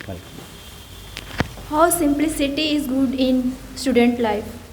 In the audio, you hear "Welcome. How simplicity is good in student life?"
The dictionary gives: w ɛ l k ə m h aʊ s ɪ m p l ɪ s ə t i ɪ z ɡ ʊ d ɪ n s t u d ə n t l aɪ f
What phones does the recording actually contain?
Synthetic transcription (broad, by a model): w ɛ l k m h aʊ s ɪ m p l ɪ s ə t i ɪ z ɡ ʊ d ɪ n s t u d ə n t l aɪ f